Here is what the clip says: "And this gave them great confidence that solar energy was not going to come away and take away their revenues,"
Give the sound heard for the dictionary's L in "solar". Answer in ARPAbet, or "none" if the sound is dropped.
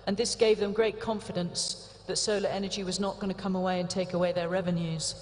L